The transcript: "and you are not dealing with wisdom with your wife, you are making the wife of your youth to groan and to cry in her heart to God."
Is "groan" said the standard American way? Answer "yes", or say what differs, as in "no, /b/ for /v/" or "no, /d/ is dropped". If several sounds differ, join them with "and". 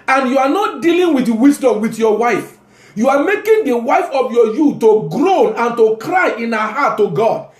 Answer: yes